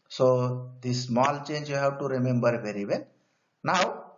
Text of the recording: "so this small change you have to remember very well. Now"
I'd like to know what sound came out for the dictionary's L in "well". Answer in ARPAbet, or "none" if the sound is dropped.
N